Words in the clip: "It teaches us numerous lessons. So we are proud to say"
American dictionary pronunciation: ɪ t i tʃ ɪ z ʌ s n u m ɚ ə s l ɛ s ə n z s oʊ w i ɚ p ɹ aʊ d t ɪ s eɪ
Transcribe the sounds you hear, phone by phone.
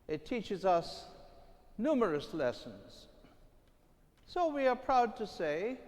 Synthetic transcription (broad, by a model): ɪ t i tʃ ɪ z ʌ s n u m ɚ ə s l ɛ s ə n z s oʊ w i ɚ p ɹ aʊ d t ɪ s eɪ